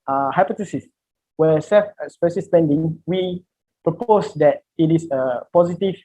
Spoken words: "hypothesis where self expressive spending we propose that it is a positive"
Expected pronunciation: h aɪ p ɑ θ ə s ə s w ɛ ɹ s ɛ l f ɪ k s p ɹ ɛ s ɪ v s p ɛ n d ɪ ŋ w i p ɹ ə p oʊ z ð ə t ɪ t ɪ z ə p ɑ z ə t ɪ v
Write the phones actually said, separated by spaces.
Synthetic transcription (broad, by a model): h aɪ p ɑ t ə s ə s w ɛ s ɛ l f s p ɛ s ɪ s p ɛ n d ɪ ŋ w i p ɹ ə p oʊ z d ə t ɪ t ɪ s ə p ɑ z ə t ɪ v